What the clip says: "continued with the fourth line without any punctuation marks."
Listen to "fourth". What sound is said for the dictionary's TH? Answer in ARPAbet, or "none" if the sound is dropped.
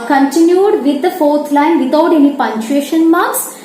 T